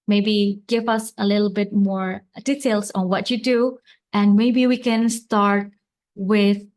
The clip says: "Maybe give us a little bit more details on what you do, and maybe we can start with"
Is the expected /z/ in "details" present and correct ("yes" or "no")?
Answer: no